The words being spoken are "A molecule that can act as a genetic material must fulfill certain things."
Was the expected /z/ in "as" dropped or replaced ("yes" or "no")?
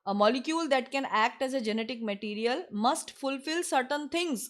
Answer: no